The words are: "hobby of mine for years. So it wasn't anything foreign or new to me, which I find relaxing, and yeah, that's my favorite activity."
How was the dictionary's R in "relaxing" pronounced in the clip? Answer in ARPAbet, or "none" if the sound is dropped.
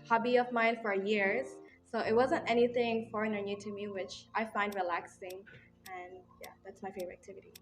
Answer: R